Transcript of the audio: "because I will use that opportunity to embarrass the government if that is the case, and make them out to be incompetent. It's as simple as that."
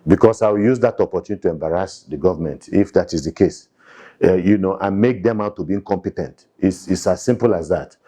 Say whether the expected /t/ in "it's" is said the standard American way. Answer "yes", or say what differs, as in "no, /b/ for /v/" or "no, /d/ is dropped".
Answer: no, /s/ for /t/